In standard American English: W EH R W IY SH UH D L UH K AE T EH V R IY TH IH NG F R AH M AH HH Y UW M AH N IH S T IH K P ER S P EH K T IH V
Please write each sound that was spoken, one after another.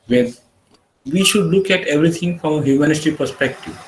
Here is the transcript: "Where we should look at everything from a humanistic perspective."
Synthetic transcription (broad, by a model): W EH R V IY SH UH D L UH K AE T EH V R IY T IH NG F R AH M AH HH Y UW M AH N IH T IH P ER S P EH K T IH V